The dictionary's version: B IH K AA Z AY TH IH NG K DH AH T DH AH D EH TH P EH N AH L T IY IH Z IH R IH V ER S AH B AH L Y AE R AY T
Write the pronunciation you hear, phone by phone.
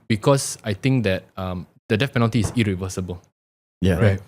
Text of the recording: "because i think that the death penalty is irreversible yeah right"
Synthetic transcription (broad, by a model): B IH K AA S AY T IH NG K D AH T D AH D EH F P EH N AH L T IY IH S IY R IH V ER S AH B AH L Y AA R AY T